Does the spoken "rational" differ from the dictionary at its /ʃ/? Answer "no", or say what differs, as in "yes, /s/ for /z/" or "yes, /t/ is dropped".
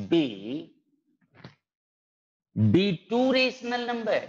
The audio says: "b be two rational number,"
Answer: yes, /s/ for /ʃ/